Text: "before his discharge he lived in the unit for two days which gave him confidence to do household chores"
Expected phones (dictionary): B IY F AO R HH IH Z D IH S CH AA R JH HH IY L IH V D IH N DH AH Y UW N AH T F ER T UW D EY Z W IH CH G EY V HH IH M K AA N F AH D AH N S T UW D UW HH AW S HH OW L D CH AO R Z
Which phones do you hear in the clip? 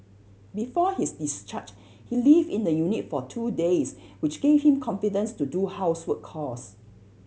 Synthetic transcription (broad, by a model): B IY F AO HH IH S D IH S CH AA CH HH IY L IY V IH N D AH Y UW N AH T F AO T UW D EY S W IH CH G EY V HH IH M K AA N F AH D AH N S T UW D UW HH AW S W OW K AO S